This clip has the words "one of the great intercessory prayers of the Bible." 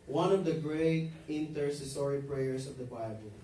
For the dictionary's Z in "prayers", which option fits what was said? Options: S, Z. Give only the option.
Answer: S